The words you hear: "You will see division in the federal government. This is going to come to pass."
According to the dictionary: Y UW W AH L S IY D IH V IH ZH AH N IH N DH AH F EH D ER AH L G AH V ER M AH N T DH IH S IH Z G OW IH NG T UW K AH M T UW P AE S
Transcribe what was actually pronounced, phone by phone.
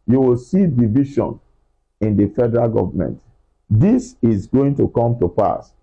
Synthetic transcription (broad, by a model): Y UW W AH L S IY D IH V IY SH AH N IH N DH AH F EH D ER AH L G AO V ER M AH N T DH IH S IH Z G OW IH NG T UW K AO M T UW P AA S